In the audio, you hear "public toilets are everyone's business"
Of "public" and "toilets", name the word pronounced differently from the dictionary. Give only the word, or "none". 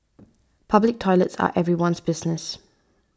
none